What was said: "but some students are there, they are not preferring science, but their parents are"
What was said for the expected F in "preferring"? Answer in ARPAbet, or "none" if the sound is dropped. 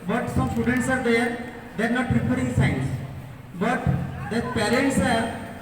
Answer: P